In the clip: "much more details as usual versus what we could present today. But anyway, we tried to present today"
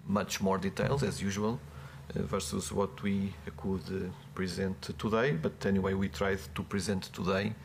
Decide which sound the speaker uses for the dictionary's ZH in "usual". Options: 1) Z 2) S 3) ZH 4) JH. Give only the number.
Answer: 3